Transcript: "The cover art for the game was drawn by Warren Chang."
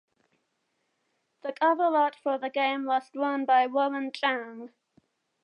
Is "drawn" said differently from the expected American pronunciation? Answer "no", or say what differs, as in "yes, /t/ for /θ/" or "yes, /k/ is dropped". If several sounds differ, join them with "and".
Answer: yes, /w/ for /ɹ/